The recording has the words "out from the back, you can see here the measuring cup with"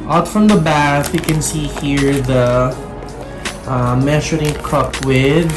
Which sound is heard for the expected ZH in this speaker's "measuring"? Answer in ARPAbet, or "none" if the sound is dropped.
SH